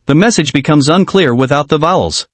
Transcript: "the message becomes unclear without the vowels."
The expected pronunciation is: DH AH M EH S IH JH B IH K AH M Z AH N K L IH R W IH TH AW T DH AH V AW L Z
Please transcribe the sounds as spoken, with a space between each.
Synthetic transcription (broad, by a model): DH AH M EH S IH JH B IH K AH M Z AH N K L IH R W IH TH AW T DH AH V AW L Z